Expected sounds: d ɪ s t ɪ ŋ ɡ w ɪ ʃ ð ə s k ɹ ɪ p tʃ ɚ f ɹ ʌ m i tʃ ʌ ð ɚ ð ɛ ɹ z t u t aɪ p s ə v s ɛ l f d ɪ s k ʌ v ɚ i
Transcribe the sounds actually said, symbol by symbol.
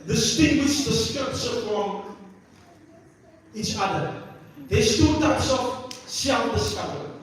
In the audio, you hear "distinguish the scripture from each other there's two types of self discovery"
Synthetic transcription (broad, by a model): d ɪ s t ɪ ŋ ɡ w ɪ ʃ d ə s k ɪ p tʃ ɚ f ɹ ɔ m i tʃ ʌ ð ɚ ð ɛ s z t u t aɪ p s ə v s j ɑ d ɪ s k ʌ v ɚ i